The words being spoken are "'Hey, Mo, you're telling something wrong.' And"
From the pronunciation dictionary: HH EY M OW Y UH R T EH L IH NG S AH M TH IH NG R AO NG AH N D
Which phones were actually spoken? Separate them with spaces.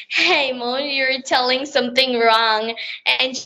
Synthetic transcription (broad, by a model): HH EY M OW Y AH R T EH L IH NG S AH M TH IH NG R AO NG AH N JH